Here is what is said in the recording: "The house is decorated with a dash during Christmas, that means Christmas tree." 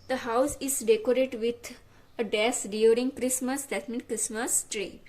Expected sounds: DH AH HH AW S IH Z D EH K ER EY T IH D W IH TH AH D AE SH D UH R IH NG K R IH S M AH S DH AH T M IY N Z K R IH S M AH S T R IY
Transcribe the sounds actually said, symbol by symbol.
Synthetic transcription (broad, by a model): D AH HH AW S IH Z D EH K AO T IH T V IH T AH D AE S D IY R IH NG K R IH S M AH S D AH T M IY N K R IH S M AH S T R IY